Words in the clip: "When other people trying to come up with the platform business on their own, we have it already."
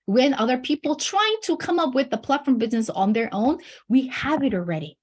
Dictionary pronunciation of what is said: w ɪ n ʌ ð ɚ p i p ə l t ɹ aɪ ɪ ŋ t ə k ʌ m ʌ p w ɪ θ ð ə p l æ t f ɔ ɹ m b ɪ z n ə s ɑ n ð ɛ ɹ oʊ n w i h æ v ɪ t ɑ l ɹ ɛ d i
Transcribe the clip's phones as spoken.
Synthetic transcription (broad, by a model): w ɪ n ʌ ð ɚ p i p l t ɹ aɪ ɪ ŋ t ə k ʌ m ʌ p w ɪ ð ə p l æ t f ɔ ɹ m b ɪ z n ə s n ð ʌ ɹ oʊ n w i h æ v ɪ t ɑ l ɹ ɛ d i